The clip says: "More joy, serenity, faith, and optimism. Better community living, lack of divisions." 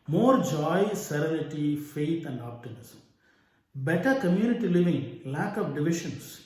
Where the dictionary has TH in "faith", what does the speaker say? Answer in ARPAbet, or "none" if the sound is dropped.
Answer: T